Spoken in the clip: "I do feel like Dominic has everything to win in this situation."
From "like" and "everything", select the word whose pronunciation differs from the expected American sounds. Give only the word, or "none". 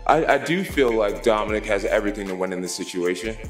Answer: none